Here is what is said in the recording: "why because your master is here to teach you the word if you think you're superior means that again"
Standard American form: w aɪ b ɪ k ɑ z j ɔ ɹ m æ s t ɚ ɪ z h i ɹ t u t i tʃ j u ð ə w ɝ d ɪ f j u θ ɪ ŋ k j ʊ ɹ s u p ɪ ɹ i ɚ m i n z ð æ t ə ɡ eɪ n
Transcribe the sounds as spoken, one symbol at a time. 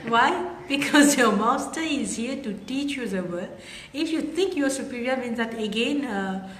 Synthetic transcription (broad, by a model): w aɪ b ɪ k ɑ z j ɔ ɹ m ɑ s t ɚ ɪ z h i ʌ t u t i tʃ j u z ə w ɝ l ɪ f j u t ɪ ŋ k j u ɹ s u p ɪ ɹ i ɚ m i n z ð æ t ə ɡ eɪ n